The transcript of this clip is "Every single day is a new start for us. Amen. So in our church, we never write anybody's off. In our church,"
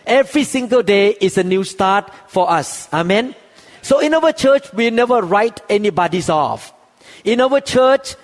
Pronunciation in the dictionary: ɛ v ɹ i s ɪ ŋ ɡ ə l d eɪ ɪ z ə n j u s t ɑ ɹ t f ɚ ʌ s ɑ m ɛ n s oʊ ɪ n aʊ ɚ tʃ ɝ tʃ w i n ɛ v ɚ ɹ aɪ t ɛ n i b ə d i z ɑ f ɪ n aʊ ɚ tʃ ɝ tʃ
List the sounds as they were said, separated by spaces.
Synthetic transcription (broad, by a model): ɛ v ɹ i s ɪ ŋ ɡ ə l d eɪ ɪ s ə n j u s t ɑ t f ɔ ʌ s ɑ m ɛ n s oʊ ɪ n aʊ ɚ tʃ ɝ tʃ w i n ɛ v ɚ ɹ aɪ t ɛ n i b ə d i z ɑ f ɪ n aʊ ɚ tʃ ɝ tʃ